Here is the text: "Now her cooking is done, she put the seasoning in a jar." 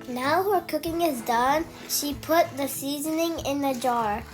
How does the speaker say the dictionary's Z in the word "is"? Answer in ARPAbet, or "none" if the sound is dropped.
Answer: Z